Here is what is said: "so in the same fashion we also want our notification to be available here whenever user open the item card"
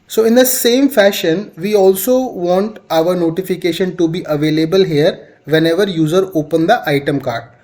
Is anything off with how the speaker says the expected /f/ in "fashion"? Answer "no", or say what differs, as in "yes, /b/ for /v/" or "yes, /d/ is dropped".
no